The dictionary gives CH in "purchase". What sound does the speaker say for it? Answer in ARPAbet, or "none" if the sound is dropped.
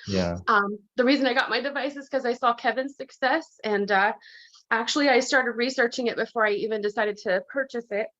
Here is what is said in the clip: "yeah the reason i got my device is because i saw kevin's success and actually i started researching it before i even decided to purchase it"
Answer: CH